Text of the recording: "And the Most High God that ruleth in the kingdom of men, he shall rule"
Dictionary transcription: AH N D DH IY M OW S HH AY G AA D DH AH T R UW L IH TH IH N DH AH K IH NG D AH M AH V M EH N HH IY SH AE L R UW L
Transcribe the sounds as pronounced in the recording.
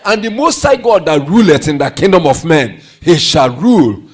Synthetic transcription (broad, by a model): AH N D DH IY M OW S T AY G AA D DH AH T R UW L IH T IH N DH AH K IH NG D AH M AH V M EH N HH IY SH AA L R UW L